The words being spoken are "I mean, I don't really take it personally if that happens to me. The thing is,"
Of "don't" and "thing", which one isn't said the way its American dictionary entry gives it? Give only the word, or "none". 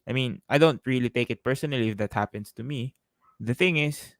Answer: none